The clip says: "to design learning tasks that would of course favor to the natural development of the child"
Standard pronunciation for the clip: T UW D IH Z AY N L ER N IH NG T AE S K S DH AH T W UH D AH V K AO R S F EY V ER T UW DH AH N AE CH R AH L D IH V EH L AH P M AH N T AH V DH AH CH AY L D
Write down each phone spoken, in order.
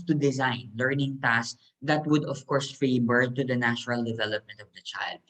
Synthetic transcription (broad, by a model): T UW D IH Z AY N L ER N IH NG T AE S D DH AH T W UH D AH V K AO R S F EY B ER T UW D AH N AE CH R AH L D IH V EH L AH P M AH N T AH V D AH CH AY L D